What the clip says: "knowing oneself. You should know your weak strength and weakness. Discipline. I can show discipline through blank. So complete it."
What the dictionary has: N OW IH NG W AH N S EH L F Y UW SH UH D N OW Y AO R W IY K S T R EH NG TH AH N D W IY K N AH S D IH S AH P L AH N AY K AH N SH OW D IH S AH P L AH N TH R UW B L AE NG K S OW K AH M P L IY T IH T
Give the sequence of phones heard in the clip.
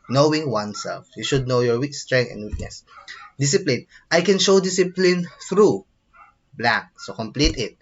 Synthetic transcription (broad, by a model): N OW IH NG W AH N S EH L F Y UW SH UH D N OW Y AO R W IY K S T R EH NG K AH N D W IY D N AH S D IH S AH P L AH N AY K AH N SH OW D IH S AH P L AH N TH R UW B L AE K S OW K AH M P L IY T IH T